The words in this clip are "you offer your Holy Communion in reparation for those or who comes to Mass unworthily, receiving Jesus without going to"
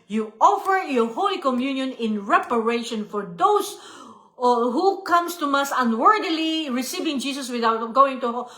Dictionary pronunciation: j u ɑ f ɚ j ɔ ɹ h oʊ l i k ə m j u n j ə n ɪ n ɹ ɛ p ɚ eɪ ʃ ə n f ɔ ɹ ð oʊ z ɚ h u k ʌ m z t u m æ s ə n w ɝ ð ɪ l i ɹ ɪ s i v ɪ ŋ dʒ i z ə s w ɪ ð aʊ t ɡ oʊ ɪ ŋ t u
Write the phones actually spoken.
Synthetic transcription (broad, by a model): j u ɑ f ɚ j ɔ ɹ h oʊ l i k ə m j u n j ə n ɪ n ɹ ɛ p ɚ eɪ ʃ ə n f ɔ ɹ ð oʊ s h u k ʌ m s t u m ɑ s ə n w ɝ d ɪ l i ɹ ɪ s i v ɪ ŋ dʒ i s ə s w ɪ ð aʊ t ɡ oʊ ɪ ŋ t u